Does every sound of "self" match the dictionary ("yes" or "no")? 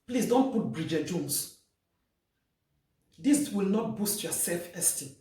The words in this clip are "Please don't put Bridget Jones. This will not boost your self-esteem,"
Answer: yes